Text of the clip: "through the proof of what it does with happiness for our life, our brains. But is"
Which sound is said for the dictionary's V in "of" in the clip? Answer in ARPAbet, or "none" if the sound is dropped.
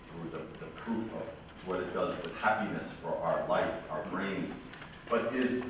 V